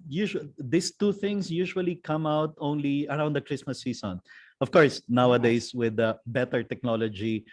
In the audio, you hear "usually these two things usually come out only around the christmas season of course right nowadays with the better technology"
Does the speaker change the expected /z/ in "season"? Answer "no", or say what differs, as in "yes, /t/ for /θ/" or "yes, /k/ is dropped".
yes, /s/ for /z/